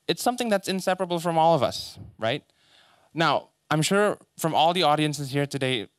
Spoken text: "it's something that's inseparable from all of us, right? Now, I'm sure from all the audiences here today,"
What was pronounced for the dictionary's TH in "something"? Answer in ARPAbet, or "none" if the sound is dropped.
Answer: TH